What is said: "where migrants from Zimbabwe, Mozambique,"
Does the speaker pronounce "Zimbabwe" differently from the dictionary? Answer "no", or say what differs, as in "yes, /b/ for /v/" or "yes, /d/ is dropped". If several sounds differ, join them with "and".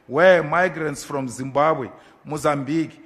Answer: no